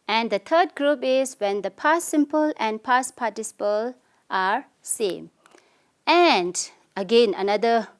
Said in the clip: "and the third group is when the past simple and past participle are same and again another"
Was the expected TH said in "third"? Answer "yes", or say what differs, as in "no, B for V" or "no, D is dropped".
no, T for TH